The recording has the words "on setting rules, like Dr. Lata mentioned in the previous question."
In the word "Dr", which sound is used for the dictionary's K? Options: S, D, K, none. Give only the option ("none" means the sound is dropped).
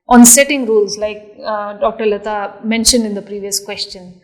K